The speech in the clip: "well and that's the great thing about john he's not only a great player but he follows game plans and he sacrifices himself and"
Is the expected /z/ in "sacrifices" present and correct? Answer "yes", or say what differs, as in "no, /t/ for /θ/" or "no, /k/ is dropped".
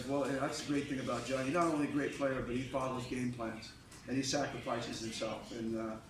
yes